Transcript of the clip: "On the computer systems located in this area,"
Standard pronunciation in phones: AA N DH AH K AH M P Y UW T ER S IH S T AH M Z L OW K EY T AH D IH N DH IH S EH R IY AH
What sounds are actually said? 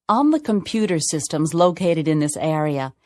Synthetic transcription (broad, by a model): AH N DH AH K AH M P Y UW T ER S IH S T AH M Z L OW K EY T AH D IH N DH IH S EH R IY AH